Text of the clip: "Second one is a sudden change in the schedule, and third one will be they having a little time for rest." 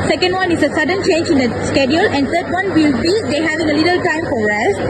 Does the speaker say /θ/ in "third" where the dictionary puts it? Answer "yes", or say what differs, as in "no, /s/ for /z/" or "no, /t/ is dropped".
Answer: no, /t/ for /θ/